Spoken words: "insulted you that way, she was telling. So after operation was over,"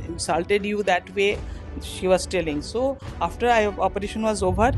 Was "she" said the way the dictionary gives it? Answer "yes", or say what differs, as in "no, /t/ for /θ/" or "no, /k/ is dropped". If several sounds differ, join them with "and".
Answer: yes